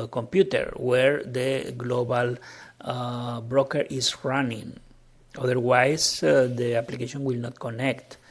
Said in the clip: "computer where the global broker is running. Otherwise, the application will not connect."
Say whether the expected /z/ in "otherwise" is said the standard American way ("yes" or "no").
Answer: no